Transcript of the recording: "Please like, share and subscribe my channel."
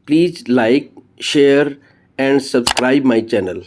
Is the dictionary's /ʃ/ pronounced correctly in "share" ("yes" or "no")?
yes